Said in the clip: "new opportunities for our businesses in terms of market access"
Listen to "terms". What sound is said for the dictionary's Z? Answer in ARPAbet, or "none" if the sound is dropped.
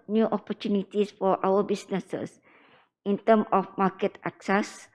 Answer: none